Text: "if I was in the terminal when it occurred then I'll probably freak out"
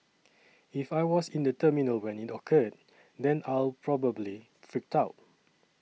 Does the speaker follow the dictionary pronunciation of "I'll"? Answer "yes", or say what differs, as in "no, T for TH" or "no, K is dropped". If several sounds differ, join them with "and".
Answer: yes